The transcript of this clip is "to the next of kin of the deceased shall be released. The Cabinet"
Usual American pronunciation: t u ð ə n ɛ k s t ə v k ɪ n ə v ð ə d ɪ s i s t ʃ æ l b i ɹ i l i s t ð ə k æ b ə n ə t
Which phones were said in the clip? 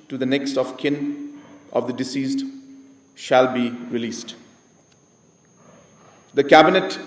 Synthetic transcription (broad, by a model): t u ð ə n ɛ k s t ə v k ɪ n ə v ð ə d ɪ s i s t ʃ æ l b i ɹ i l i s t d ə k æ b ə n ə t